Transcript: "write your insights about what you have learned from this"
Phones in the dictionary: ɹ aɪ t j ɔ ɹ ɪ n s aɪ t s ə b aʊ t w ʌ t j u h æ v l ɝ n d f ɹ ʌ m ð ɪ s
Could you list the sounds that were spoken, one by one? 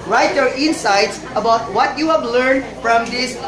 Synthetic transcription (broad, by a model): ɹ aɪ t j ɔ ɹ ɪ n s aɪ t s ə b aʊ t w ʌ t j u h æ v l ɝ n d f ɹ ʌ m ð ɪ s